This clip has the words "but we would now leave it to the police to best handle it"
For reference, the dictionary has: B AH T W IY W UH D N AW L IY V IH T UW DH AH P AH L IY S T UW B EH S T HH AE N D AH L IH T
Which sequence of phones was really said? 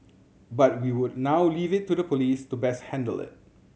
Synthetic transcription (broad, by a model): B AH T W IY W UH D N AW L IY V IH T UW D AH P AH L IY S T UW B EH S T HH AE N D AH L IH T